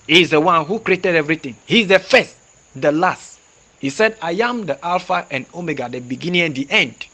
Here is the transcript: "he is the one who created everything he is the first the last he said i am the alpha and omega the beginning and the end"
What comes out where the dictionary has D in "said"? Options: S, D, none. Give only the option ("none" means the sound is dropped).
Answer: D